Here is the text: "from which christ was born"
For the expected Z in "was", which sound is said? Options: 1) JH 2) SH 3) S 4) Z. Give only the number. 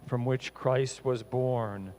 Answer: 4